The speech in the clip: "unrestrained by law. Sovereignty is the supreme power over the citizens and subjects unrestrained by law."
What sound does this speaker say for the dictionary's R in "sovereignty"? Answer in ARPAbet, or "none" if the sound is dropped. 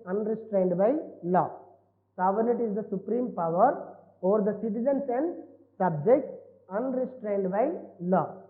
none